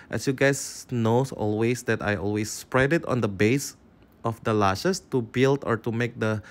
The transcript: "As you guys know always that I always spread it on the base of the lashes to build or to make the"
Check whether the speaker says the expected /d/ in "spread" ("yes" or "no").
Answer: yes